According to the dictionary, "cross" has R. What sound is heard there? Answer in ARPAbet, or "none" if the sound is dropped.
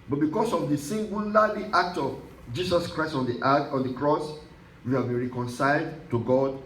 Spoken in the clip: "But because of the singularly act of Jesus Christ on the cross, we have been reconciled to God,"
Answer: R